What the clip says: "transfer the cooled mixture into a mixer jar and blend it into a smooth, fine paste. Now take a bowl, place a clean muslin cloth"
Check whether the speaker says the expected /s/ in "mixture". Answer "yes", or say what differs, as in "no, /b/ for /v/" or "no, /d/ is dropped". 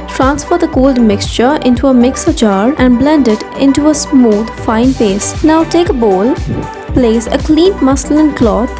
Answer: yes